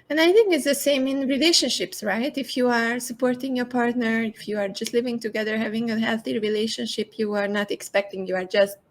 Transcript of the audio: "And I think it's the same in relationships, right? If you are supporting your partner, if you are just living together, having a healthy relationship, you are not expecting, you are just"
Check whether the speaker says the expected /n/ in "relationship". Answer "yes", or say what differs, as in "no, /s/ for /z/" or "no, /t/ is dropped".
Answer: yes